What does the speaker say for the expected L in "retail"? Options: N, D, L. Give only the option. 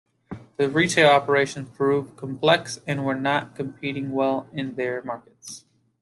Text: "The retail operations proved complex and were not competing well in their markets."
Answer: L